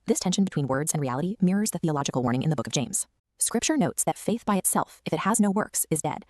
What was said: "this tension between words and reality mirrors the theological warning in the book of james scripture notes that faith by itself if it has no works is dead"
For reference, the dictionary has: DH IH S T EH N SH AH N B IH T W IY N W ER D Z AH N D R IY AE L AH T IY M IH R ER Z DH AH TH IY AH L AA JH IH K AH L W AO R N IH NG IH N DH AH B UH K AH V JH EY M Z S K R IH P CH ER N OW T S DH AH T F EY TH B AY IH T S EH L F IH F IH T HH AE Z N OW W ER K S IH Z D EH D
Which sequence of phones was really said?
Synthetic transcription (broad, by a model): DH IH S T EH N SH N B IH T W IY N W ER D Z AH N R IY AE L AH T IY M IH R ER Z DH AH TH IY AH L AA JH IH K L W AO R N IH NG IH N DH AH B UH K AH V JH EY M Z S K R IH P CH ER N OW T S DH AH T F EY TH B AY IH T S EH L F IH F IH T HH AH Z N OW W ER K S IH Z D EH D